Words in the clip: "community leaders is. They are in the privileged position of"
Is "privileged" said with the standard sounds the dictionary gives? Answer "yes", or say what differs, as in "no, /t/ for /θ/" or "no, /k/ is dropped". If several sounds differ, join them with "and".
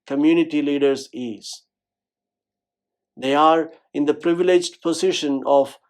yes